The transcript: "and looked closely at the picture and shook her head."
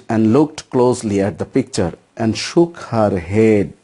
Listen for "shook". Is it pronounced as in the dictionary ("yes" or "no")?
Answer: yes